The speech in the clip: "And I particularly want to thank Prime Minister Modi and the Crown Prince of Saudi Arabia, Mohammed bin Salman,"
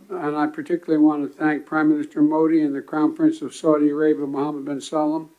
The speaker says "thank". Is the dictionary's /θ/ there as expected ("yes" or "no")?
yes